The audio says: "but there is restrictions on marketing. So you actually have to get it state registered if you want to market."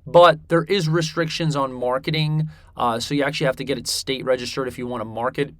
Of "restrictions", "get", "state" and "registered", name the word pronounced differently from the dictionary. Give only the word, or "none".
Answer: none